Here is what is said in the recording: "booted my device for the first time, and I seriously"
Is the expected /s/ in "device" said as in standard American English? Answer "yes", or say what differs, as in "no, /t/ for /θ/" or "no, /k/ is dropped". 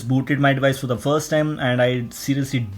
yes